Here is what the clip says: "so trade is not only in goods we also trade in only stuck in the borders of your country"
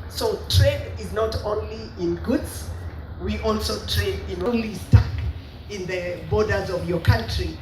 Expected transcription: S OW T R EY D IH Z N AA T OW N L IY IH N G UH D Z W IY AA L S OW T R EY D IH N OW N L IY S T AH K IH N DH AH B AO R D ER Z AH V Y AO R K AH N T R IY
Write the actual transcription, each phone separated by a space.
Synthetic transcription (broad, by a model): S OW T R EY D IH Z N AA T OW N L IY IH N G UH D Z W IY AA L S OW T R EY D IH N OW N L IY S T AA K IH N DH AH B AO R D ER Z AH V Y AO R K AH N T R IY